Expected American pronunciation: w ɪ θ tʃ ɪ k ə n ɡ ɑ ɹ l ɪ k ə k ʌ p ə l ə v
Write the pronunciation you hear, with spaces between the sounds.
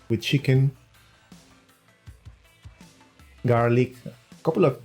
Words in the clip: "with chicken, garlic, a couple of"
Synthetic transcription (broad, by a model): w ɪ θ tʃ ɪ k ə n ɡ ɑ ɹ l ɪ k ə k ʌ p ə l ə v